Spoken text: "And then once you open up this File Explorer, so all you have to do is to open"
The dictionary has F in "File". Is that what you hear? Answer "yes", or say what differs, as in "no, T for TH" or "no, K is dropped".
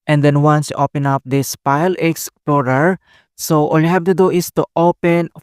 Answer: no, P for F